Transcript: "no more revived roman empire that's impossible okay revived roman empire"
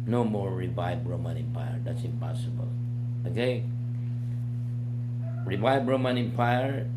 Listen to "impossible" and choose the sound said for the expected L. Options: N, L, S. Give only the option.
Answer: L